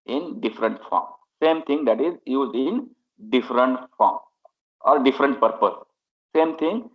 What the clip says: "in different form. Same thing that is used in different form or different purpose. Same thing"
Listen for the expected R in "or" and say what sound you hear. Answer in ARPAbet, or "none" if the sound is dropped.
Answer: L